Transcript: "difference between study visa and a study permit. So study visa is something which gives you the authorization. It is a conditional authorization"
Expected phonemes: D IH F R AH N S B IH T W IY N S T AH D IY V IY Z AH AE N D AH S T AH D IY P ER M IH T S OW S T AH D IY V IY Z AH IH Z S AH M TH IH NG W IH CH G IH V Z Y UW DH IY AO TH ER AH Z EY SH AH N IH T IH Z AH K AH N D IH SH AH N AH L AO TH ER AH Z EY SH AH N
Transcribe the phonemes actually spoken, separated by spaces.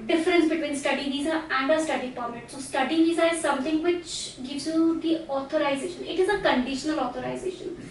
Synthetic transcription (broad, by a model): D IH F R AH N S B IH T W IY N S T AH D IY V IY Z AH AE N D AH S T AH D IY P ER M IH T S OW S T AH D IY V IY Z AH IH Z S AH M T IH NG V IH CH G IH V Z Y UW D IY AO T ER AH Z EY SH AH N IH T IH Z AH K AH N D IH SH AH N AH L AO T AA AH Z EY SH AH N